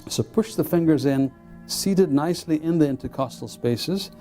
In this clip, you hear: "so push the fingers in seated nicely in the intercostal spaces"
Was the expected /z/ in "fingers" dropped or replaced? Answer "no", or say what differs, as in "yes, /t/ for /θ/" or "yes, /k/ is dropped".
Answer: no